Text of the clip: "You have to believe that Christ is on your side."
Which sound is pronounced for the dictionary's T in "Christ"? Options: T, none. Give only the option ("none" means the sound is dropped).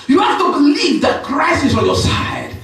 none